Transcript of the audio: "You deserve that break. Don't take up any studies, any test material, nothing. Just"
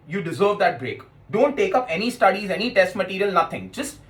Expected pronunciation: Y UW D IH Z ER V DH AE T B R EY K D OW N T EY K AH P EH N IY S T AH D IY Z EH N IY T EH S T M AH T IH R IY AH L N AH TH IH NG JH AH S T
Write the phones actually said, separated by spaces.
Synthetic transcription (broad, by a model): Y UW D IH Z ER V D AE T B R EY K D OW N T EY K AH P EH N IY S T AH D IY Z EH N IY T EH S T M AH T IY R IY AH L N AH T IH NG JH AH S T